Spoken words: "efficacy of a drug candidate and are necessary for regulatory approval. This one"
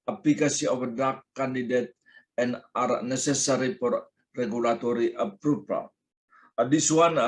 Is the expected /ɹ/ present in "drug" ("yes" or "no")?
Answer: no